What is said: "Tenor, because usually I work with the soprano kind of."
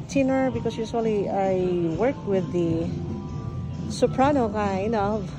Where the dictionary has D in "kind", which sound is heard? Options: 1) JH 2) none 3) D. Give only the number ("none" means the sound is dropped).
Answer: 2